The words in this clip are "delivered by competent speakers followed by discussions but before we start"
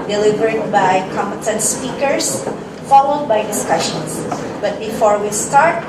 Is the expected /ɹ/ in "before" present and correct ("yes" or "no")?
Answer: yes